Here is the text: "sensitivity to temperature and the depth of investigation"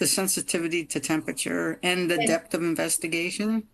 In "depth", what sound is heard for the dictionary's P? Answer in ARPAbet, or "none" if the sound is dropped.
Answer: P